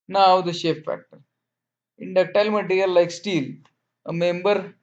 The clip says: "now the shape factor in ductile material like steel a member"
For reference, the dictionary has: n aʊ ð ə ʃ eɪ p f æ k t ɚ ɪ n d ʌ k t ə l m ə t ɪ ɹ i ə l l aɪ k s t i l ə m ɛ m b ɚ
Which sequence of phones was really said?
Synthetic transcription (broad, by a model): n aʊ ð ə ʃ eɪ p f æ k t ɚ ɪ n d ʌ k t ə l m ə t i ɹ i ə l l aɪ k s t i l ə m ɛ m b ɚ